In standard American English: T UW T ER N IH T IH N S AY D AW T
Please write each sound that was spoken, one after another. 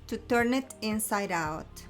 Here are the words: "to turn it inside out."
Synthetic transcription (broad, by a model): T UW T ER N IH T IH N S AY D AW T